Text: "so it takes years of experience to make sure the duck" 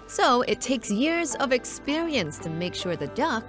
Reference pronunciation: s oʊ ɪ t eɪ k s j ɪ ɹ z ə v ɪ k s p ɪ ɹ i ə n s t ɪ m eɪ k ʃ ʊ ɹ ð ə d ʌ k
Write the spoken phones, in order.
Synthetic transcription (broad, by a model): s oʊ ɪ t eɪ k s j ɪ ɹ z ə v ɪ k s p ɪ ɹ i ə n s t ɪ m eɪ k ʃ ʊ ɹ ð ə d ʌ k